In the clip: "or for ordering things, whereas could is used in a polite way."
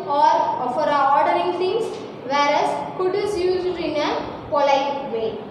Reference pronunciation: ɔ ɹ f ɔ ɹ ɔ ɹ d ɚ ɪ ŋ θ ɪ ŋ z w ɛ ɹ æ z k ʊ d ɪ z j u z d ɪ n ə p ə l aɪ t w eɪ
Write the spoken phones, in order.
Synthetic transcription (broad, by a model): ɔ ɹ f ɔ ɹ ɔ ɹ d ɚ ɪ ŋ t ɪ ŋ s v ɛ ɹ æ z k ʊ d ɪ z j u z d ɪ n ə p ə l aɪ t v eɪ